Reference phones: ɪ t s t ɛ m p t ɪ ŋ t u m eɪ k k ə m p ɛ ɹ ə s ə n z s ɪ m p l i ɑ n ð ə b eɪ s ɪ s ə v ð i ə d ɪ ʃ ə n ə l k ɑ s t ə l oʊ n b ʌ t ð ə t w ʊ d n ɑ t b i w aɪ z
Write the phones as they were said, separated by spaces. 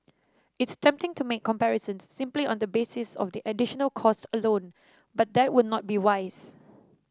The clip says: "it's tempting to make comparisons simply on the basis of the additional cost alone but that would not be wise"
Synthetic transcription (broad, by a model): ɪ t s t ɛ m p t ɪ ŋ t u m eɪ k k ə m p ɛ ɹ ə s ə n s ɪ m p l i ɑ n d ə b eɪ s ɪ s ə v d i ə d ɪ ʃ ə n ə l k ɑ s t ə l oʊ n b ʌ t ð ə t w ʊ d n ɑ t b i w aɪ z